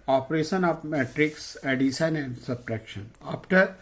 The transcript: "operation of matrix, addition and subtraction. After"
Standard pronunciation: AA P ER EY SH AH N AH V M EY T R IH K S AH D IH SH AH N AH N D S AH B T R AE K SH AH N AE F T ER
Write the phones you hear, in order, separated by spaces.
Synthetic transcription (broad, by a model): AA P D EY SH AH N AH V M EY T R IH K S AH D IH S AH N AH N D S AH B T R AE K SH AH N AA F T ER